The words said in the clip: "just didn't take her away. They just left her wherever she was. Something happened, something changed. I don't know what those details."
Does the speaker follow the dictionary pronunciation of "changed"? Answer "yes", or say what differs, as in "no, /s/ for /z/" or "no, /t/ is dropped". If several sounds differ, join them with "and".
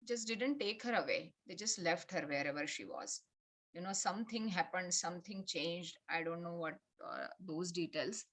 yes